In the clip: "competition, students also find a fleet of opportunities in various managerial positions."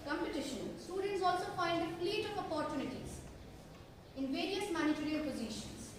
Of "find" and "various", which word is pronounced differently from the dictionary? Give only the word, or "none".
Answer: find